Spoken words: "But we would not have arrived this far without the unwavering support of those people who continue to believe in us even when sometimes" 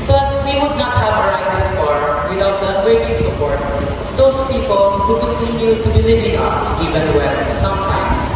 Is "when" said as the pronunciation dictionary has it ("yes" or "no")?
no